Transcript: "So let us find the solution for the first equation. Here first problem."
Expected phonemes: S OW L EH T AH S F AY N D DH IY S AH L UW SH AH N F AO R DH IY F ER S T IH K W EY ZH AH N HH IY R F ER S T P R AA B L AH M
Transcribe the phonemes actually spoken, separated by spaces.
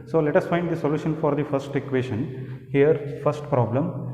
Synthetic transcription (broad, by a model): S OW L EH T AH S F AY N D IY S AH L UW SH AH N F AO R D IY F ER S T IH K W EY SH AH N HH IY R F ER S T P R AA B L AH M